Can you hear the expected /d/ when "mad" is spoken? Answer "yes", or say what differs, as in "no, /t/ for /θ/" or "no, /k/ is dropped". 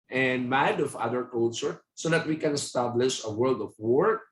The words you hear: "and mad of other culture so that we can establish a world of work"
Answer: yes